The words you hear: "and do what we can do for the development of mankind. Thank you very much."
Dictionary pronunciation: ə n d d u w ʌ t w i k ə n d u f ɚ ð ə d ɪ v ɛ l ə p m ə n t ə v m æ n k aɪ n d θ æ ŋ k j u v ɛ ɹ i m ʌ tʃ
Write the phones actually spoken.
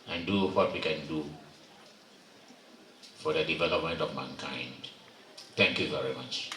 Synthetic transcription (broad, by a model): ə n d d u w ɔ t w i k ə n d u f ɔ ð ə d ɪ v ɛ l ə p m ə n t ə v m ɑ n k aɪ n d t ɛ ŋ k j u v ɛ ɹ i m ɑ tʃ